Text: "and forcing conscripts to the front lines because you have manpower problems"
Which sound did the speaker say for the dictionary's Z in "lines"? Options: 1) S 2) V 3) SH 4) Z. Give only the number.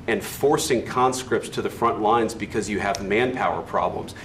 4